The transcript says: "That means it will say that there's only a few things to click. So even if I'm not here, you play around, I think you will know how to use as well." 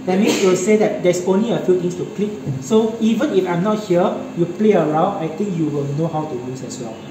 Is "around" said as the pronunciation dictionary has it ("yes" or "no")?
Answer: no